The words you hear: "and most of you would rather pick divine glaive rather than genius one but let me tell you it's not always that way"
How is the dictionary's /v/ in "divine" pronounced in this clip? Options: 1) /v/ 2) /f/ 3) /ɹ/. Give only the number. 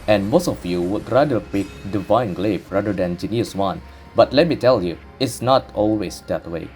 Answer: 1